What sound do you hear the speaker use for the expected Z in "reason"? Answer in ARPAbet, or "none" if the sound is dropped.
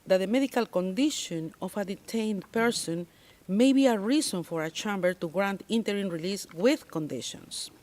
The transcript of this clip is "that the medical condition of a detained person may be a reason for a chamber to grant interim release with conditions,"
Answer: S